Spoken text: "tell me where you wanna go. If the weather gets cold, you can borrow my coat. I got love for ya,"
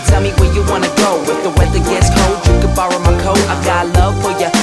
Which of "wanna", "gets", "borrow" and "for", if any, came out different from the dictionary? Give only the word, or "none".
none